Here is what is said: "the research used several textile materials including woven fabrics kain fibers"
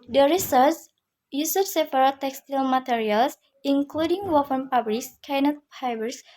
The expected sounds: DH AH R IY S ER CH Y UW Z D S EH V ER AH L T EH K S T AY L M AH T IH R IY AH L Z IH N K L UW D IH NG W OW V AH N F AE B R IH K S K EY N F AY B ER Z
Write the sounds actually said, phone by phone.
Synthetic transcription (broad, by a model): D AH R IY S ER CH Y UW S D S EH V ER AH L T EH K S T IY L M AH T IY R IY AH L S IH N K L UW D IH NG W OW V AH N P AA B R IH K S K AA N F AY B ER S